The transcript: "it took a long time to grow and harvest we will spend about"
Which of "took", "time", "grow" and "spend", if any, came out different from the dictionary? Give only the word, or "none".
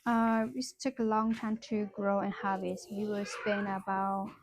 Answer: spend